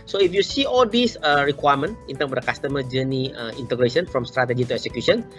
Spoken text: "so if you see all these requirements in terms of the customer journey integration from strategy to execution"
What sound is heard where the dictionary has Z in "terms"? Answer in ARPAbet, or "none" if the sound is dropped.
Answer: none